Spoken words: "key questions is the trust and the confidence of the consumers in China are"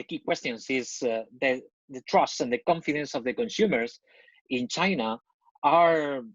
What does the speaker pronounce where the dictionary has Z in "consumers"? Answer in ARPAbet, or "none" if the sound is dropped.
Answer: S